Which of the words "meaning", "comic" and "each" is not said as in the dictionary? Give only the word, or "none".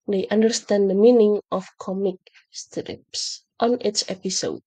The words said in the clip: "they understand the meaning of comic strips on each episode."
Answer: each